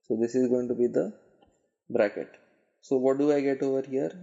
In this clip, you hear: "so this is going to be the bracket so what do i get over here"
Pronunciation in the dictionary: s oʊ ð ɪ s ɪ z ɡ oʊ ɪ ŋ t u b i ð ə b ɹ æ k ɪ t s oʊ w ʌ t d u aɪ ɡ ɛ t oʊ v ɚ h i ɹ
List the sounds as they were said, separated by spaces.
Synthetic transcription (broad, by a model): s oʊ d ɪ s ɪ z ɡ oʊ ɪ ŋ t u b i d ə b ɹ æ k ɪ t s oʊ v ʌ t d u aɪ ɡ ɛ t oʊ v ɚ h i ɹ